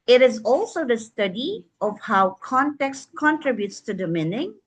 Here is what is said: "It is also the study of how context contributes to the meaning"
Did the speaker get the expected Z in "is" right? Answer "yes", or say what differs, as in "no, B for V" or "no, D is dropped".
yes